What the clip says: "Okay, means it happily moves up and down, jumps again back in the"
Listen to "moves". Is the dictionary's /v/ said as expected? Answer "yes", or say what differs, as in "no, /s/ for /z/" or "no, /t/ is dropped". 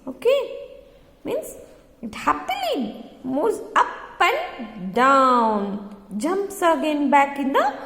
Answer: no, /v/ is dropped